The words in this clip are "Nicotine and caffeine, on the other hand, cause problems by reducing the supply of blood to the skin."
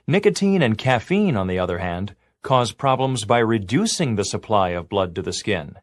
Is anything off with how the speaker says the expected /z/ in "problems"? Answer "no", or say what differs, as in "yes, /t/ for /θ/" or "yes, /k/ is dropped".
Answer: no